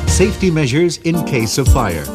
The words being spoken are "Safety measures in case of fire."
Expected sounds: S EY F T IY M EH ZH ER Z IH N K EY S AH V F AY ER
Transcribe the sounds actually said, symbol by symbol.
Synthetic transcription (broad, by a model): S EY F T IY M EH ZH ER Z IH N K EY S AH V F AY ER